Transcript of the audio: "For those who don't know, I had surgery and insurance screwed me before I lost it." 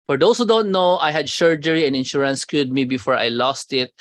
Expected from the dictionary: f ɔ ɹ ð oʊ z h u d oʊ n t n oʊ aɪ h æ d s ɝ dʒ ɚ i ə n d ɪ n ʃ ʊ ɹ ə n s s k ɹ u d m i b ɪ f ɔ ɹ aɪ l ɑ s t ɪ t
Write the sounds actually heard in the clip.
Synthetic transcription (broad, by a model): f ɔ ɹ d oʊ s h u d oʊ n t n oʊ aɪ h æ d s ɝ dʒ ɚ i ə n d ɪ n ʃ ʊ ɹ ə n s s k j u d m i b ɪ f ɔ ɹ aɪ l ɑ s t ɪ t